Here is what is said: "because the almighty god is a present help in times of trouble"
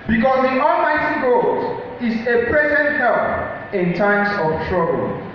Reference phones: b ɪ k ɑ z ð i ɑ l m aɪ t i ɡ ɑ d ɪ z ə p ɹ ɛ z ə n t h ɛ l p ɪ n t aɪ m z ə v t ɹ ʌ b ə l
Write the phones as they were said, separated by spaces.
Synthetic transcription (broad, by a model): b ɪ k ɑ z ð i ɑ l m aɪ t i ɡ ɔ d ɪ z ə p ɹ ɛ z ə n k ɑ p ɪ n t aɪ m s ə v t ɹ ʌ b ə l